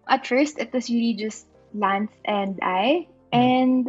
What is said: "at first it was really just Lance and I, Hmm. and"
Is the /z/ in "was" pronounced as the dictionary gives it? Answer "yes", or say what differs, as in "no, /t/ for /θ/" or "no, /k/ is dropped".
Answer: no, /s/ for /z/